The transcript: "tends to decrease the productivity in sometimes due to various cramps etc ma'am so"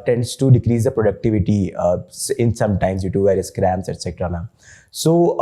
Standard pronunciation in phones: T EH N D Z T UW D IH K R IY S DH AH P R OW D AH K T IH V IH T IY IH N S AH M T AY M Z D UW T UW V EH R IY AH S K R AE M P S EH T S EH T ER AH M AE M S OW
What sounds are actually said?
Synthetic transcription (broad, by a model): T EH N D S T UW D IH K R IY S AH P R OW D AH K T IH V IH T IY IH N S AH M T AY M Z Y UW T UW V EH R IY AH S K R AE M S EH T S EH T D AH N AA S OW